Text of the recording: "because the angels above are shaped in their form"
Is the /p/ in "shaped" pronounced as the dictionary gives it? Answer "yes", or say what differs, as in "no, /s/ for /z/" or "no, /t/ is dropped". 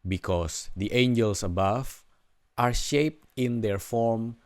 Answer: yes